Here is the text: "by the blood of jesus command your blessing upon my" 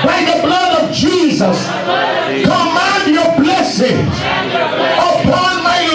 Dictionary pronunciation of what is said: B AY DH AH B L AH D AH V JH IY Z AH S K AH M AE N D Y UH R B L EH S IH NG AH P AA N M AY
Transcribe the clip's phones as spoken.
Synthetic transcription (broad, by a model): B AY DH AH B L AH D AH V JH IY Z AH S K AH M AE N D Y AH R B L EH S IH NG AH P AA N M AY